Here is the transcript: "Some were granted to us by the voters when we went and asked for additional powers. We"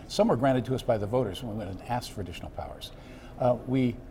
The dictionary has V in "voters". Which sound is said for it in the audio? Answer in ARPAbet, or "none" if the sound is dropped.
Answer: V